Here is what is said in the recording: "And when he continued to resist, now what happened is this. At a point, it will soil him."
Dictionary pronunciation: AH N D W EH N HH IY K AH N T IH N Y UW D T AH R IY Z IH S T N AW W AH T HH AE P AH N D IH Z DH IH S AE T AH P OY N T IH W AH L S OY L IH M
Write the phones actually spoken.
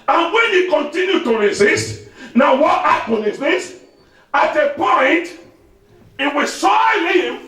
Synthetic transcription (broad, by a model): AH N W EH N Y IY K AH N T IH N Y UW T AH R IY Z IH S T N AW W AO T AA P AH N IH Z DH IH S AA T AH P OY N T IH W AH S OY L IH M